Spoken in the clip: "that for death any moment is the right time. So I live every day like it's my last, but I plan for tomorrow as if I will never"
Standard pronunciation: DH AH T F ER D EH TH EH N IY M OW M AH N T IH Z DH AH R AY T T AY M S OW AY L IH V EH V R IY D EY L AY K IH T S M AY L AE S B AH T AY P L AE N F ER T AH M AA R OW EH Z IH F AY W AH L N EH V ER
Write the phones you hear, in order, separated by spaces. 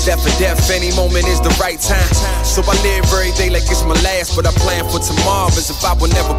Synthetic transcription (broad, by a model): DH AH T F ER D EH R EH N IY M OW M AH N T IH Z DH AH R AY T T AY M S OW AY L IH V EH R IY D EY L AY K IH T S M AY L AE S B AH T AY P L AE N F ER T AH M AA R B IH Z IH F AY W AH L N EH V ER